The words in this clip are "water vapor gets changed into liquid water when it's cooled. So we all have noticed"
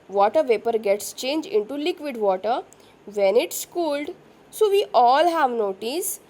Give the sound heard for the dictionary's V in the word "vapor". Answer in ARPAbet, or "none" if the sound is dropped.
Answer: V